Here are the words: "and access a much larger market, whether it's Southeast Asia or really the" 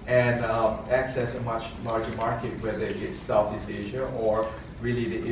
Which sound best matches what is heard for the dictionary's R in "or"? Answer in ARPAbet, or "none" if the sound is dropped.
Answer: R